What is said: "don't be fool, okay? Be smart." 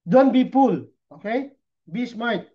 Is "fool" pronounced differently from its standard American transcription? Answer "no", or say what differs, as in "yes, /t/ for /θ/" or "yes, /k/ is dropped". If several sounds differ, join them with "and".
yes, /p/ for /f/